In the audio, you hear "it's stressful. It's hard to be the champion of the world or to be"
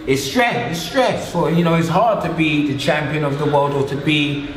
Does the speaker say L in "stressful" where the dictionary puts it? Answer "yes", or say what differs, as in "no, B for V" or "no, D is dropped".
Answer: no, N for L